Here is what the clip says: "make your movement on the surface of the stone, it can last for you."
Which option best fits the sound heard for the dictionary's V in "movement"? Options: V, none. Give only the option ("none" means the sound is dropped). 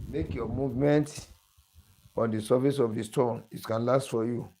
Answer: V